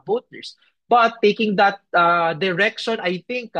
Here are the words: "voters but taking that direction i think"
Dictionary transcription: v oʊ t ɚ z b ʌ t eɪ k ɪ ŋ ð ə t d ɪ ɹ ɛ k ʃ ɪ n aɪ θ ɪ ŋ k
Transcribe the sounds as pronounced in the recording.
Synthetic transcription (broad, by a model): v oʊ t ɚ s b ʌ t eɪ k ɪ ŋ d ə t d ɪ ɹ ɛ k ʃ ɪ n aɪ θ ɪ ŋ k